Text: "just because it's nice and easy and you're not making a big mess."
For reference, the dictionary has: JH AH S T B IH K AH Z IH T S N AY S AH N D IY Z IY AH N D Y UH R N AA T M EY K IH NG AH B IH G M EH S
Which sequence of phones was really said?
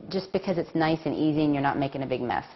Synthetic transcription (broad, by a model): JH AH S B IH K AH Z IH T S N AY S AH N IY Z IY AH N Y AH R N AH T M EY K IH NG AH B IH G M EH S